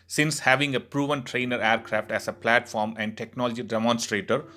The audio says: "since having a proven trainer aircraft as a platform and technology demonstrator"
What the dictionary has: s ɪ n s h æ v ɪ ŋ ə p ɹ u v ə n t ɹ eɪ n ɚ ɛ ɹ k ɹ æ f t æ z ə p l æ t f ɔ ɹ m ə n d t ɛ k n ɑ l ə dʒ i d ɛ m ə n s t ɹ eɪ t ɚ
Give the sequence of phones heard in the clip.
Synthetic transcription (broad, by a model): s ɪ n s h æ v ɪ ŋ ə p ɹ u v ə n t ɹ eɪ n ɚ ɛ ɹ k ɹ æ f t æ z ə p l æ t f ɔ ɹ m ə n d t ɛ k n ɑ l ə dʒ i d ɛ m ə n s t ɹ eɪ t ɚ